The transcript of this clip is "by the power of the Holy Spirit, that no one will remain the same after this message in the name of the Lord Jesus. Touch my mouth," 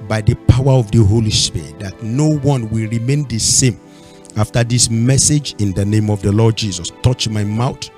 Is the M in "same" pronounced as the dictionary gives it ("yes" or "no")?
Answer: yes